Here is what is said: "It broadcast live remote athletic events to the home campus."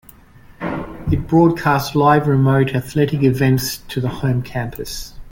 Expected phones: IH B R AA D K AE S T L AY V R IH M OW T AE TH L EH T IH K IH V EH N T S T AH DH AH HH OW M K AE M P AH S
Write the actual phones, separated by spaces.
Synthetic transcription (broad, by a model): IH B R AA D K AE S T L AY V R IH M OW T AE TH L EH T IH K IH V EH N T S T AH DH AH HH OW M K AE M P AH S